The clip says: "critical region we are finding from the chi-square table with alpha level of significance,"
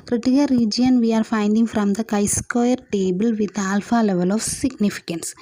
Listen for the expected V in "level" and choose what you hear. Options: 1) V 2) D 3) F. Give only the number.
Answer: 1